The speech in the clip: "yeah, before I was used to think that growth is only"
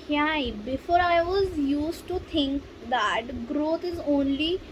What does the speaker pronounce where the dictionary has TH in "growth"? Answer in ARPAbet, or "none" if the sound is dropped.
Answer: T